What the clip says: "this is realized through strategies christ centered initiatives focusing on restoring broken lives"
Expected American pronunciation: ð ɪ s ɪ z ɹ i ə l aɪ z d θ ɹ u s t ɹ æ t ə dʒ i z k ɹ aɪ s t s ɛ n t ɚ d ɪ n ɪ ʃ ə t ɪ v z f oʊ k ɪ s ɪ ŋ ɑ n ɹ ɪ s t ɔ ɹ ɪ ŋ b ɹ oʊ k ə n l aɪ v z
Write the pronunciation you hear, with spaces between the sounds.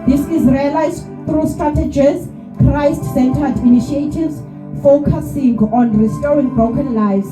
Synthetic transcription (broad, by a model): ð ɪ s ɪ z ɹ i ə l aɪ z d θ ɹ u s t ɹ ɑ t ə dʒ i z k ɹ aɪ s t s ɛ n t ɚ d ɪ n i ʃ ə t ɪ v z f oʊ k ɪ s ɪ ŋ ɑ n ɹ ɪ s t ɔ ɹ ɪ ŋ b oʊ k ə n l aɪ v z